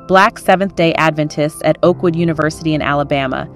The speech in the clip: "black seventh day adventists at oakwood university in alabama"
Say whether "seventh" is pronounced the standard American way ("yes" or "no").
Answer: yes